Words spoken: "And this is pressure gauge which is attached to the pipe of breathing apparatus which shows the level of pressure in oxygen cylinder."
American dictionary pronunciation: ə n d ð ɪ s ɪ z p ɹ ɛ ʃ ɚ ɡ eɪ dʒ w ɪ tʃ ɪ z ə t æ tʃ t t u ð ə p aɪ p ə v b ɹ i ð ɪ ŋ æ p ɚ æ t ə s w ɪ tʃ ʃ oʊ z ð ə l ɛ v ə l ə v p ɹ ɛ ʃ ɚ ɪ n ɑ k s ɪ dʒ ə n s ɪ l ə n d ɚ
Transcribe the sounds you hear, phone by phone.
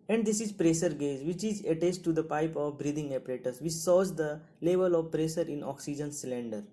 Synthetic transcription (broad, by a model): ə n d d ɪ s ɪ z p ɹ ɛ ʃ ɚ ɡ eɪ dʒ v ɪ tʃ ɪ z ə t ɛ s t t u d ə p aɪ p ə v b ɹ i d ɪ ŋ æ p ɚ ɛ t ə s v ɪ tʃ s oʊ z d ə l ɛ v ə l ə v p ɹ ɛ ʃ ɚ ɪ n ɑ k s ɪ dʒ ə n s l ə n d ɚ